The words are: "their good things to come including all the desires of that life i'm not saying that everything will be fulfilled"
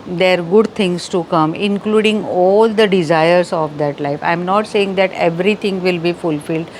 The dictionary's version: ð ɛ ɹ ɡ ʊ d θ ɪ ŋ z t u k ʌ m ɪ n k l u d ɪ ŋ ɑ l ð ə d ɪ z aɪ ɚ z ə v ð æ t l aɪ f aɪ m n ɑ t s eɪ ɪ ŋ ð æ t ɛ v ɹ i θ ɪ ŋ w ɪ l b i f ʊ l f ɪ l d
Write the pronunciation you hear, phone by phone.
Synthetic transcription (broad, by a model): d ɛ ɹ ɡ ʊ d t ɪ ŋ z t u k ʌ m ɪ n k l u d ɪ ŋ ɑ l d ə d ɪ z aɪ ɚ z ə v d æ t l aɪ f aɪ m n ɑ t s eɪ ɪ ŋ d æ t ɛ v ɹ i t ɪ ŋ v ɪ l b i f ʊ l f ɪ l d